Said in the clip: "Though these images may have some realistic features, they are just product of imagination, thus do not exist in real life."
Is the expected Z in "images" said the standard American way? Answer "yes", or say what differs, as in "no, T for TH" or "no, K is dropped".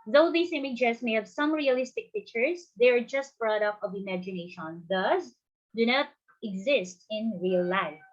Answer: no, S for Z